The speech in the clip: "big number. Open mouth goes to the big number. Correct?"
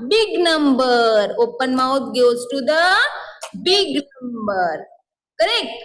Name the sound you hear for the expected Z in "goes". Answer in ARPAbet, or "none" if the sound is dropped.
S